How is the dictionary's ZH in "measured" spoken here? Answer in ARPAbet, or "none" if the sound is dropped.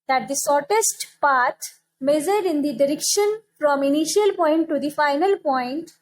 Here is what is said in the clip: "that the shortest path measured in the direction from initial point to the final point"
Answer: Z